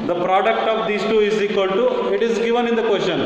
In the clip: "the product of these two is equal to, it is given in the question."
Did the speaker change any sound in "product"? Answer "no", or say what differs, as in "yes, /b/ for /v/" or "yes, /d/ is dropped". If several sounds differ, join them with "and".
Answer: no